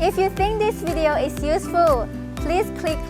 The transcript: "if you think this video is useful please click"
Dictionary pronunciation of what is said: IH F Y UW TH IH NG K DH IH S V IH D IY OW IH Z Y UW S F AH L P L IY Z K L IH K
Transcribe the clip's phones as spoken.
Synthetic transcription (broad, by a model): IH F Y UW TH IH NG K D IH S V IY D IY OW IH S Y UW S F AH L P L IY S K L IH K